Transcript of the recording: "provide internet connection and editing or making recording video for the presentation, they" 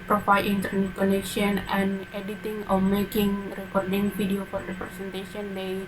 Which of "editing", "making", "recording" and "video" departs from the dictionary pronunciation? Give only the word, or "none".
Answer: video